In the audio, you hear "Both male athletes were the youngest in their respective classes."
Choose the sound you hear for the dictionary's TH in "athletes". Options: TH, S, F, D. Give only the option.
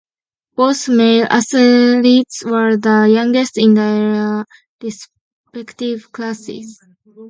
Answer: S